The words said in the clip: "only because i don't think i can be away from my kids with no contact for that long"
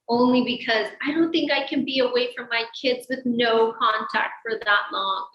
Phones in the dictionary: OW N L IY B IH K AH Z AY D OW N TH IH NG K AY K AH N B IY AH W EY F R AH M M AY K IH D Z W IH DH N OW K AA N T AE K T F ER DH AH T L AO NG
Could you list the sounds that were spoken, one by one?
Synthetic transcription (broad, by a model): OW N L IY B IH K AH Z AY D OW N TH IH NG K AY K AH N B IY AH W EY F R AH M M AY K IH D Z W IH DH N OW K AA N T AE K T F ER DH AH T L AO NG